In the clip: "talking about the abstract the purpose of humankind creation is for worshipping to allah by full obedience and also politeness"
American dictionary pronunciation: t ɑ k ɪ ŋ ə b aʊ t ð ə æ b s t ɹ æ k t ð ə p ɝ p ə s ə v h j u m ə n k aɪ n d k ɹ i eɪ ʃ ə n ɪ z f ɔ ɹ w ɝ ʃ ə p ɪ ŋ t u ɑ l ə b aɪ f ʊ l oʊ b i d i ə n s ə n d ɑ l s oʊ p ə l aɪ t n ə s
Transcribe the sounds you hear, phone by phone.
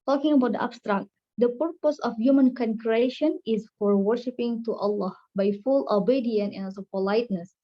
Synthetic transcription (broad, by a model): t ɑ k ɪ ŋ ə b aʊ t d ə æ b s t ɹ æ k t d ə p ɝ p ə s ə f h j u m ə n k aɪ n k ɹ i eɪ ʃ ə n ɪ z f ɔ ɹ w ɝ ʃ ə p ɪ ŋ t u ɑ l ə b aɪ f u l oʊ b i d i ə n ə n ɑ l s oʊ p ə l aɪ t n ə s